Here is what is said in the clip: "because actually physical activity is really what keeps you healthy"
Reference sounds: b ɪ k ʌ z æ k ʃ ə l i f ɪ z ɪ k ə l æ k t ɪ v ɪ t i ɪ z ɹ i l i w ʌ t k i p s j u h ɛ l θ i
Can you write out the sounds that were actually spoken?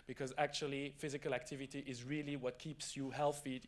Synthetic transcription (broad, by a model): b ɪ k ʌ z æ k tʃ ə l i f ɪ z ɪ k ə l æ k t ɪ v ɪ t i ɪ z ɹ i l i w ʌ t k i p s j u h ɛ l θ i